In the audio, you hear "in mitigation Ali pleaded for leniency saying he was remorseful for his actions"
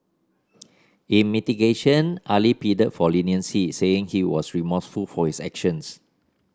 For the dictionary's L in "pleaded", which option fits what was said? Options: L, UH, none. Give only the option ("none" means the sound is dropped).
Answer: none